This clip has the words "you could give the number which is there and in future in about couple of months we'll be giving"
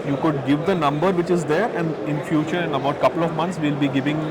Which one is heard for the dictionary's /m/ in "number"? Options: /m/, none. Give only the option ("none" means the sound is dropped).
/m/